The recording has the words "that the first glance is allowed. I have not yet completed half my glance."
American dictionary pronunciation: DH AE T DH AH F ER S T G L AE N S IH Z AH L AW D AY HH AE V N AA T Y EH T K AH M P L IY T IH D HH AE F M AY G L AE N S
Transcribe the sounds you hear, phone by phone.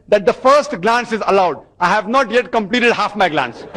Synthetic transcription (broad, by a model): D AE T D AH F ER S T G L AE N S IH Z AH L AW D AY HH AE V N AA T Y EH T K AH M P L IY T IH D HH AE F M AY G L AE N S